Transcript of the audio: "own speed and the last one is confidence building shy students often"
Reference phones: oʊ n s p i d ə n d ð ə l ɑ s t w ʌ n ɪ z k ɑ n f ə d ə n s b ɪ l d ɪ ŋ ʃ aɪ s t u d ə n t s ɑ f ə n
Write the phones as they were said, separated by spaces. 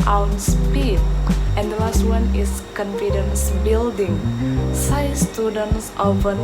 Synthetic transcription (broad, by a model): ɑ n s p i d ə n d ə l ɑ s t w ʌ n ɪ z k ɑ n f ə d ə n s b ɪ l d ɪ ŋ s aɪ s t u d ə n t s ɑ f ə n